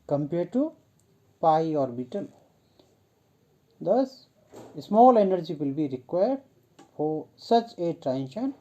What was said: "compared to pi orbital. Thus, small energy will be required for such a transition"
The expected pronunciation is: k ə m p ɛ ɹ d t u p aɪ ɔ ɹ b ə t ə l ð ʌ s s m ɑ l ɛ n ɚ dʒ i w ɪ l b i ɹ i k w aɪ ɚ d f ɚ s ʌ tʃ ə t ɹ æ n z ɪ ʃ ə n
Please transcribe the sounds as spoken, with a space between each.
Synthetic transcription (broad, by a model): k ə m p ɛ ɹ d t u p aɪ ɔ ɹ b ə t ə l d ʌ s s m ɑ l ɛ n ɚ dʒ i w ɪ l b i ɹ i k w aɪ ɚ d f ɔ s ʌ tʃ ə t ɹ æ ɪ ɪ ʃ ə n